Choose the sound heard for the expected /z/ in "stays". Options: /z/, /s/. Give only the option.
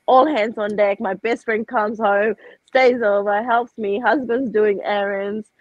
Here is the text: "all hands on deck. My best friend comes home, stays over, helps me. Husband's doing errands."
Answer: /z/